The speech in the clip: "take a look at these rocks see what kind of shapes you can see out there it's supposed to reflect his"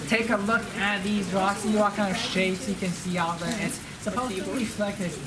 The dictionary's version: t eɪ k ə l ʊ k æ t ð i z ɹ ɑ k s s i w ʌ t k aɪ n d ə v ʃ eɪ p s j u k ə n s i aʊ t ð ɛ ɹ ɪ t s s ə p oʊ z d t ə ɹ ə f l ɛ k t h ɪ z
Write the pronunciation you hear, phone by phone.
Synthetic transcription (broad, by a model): t eɪ k ə l ʊ k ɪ t ð i z ɹ ɑ k s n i w ʌ t k aɪ n d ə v ʃ eɪ p s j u k ə n s i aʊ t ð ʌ ɪ t s s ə p oʊ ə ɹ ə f l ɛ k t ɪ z